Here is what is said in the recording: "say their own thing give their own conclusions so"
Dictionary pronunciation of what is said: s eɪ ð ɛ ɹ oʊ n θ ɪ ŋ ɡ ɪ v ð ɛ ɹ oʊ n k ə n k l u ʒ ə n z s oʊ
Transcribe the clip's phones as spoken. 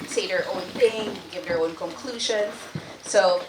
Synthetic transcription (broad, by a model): s eɪ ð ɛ ɹ oʊ n θ ɪ ŋ ɡ ɪ v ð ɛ ɹ oʊ n k ə n k l u ʒ ə n z s oʊ